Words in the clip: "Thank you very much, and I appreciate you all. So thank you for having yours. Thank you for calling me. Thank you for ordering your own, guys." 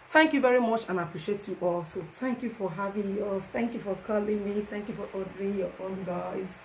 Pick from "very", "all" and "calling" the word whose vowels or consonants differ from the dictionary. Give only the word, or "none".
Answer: none